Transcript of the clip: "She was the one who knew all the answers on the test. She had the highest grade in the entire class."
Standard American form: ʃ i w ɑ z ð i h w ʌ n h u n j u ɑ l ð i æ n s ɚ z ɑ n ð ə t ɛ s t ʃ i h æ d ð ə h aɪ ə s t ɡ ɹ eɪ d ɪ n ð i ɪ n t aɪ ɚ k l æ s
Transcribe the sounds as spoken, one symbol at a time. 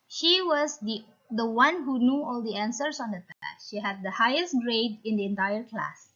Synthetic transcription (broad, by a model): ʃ i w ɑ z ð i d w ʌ n h u n j u ɑ l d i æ n s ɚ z ɑ n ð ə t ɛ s ʃ i h æ d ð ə h aɪ ə s t ɡ ɹ eɪ d ɪ n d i ɪ n t aɪ ɚ k l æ s